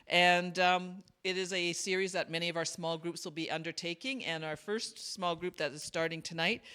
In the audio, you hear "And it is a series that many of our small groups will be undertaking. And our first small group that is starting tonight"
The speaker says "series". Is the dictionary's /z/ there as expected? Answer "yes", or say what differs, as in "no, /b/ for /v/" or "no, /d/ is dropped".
yes